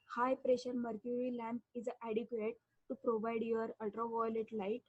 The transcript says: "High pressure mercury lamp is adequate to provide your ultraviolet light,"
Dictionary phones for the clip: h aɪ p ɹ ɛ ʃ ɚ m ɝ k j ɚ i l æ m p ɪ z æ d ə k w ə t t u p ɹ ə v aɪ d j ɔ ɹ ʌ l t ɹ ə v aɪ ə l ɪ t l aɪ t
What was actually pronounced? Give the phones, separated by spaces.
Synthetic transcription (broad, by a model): h aɪ p ɹ ɛ ʃ ɚ m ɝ k j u i l æ m p ɪ z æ d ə k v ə t t u p ɹ ə v aɪ d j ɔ ɹ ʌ l t ɹ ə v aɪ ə l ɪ t l aɪ t